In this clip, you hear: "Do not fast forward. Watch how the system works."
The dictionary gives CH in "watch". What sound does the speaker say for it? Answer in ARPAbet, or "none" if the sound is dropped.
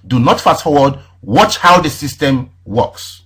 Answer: CH